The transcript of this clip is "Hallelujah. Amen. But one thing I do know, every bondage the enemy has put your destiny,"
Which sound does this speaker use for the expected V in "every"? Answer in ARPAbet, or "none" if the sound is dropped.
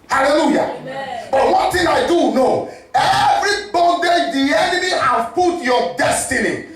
V